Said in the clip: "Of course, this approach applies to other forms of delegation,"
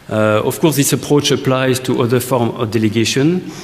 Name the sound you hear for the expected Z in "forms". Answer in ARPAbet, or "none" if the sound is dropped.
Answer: none